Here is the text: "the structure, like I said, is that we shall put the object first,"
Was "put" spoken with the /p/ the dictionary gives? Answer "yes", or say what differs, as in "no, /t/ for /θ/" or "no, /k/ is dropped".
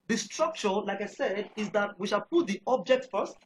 yes